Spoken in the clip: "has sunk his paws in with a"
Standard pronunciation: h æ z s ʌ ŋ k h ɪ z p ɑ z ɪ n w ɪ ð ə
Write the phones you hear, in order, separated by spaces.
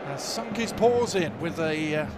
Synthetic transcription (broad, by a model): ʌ s ʌ ŋ k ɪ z p ɑ z ɪ n w ɪ ð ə